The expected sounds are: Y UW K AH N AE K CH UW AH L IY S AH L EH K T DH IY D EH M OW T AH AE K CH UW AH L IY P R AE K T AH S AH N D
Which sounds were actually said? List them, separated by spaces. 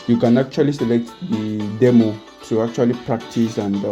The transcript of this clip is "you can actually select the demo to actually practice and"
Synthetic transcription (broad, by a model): Y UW K AH N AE K CH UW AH L IY S AH L EH K T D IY D EH M OW S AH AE K CH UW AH L IY P R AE K T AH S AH N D